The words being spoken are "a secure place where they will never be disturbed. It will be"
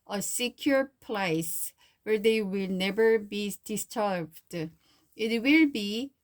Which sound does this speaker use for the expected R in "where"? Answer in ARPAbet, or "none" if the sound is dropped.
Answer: R